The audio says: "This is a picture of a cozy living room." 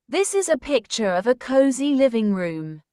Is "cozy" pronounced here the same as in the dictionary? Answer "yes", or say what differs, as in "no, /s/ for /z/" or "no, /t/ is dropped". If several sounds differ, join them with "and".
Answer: yes